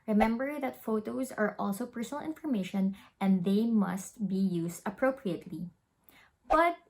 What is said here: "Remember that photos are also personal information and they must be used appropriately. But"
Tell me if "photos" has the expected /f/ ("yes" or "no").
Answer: yes